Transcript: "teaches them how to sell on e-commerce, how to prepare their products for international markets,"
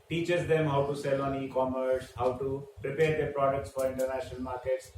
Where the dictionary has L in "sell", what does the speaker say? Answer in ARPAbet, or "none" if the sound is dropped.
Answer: L